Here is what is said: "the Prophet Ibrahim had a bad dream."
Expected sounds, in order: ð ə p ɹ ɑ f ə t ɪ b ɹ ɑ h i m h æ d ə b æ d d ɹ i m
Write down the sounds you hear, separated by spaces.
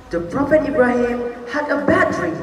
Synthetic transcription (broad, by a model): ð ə p ɹ ɑ f ə t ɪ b ɹ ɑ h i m h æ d ə b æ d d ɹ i